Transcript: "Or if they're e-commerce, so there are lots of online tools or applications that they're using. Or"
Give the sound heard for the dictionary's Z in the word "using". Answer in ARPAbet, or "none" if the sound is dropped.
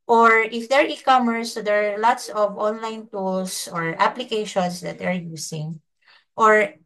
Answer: S